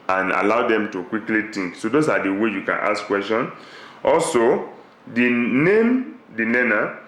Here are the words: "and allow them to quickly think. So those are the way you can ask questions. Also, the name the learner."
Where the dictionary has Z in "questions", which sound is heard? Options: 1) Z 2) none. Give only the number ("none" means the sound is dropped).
2